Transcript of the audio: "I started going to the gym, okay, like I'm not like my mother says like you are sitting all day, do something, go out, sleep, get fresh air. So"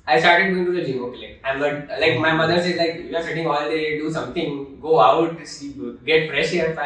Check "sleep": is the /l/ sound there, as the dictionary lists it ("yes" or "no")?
no